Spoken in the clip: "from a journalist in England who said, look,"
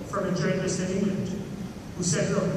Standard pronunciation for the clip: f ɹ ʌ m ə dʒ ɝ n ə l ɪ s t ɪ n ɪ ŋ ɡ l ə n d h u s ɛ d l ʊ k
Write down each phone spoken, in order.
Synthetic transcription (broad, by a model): f ɹ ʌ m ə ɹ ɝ ə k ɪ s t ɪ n ɪ ŋ ɡ l ə n d h u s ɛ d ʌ